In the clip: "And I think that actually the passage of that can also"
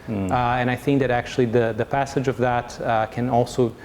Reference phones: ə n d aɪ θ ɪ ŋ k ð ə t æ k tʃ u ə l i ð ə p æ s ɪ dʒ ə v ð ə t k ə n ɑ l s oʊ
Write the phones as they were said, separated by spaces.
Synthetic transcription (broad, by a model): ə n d aɪ θ ɪ ŋ k ð ə t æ k tʃ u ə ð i ð ə p æ s ɪ dʒ ə v ð ə t k ə n ɑ l s oʊ